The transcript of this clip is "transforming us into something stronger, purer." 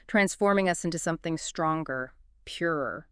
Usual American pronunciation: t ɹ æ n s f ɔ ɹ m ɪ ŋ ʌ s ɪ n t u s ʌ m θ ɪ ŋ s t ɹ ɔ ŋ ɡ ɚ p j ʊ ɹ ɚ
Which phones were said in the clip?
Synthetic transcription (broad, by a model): t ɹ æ n s f ɔ ɹ m ɪ ŋ ʌ s ɪ n t u s ʌ m θ ɪ ŋ s t ɹ ɔ ŋ ɡ ɚ p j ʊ ɹ ɚ